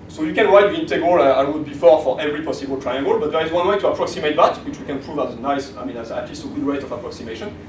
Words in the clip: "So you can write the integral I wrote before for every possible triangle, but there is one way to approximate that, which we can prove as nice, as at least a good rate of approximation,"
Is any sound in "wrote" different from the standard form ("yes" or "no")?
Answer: yes